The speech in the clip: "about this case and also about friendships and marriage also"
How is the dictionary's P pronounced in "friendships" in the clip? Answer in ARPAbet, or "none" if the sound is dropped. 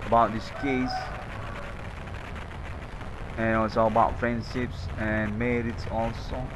P